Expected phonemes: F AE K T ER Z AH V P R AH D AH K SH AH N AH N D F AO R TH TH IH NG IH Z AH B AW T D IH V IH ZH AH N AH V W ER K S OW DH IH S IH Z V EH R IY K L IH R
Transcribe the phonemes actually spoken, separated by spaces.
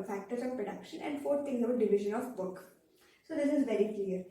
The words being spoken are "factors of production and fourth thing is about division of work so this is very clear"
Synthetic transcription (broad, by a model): F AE K T ER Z AH V P R AH D AH K SH AH N AH N D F AO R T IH NG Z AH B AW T D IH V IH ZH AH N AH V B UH K S OW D IH S IH Z V EH R IY K L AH R